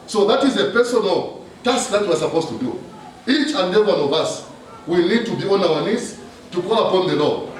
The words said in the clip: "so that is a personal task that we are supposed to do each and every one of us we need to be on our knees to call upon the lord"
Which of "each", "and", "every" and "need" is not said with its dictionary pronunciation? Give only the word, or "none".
every